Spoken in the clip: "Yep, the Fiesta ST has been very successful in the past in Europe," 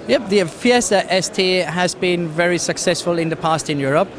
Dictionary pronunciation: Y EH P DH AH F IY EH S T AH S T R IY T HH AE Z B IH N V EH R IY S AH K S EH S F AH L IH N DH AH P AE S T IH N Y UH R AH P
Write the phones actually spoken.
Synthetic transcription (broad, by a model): Y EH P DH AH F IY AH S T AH S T IY HH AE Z B IH N V EH R IY S AH K S EH S F AH L IH N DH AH P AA S T IH N Y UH R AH P